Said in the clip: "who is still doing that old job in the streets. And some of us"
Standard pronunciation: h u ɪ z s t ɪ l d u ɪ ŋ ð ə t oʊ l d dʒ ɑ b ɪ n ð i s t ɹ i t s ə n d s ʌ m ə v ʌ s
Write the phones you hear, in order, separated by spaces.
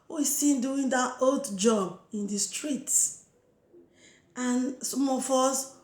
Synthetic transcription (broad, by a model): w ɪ s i n d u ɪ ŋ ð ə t oʊ l d dʒ ɑ b ɪ n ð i s t ɹ i t s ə n s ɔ m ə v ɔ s